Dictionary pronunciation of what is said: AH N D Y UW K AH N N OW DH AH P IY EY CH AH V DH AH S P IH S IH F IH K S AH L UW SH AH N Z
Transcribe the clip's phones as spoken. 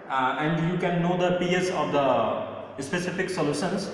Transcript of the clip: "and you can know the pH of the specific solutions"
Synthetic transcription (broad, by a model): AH N D Y UW K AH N N OW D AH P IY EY S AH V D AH S P IH S IH F IH K S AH L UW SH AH N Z